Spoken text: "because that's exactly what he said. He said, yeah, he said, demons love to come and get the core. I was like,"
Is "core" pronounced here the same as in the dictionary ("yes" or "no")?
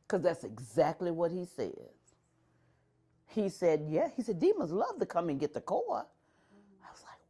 no